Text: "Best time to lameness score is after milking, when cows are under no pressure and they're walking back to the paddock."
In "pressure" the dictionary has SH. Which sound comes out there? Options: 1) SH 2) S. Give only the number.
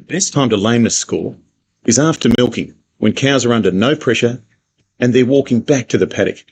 1